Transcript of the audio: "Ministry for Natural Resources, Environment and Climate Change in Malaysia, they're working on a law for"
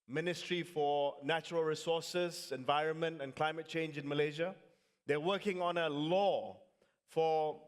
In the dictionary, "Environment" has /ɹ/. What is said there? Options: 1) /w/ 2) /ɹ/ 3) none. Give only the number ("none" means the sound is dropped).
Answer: 2